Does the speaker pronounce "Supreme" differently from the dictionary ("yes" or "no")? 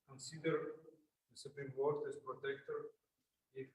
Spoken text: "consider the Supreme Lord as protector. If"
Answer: no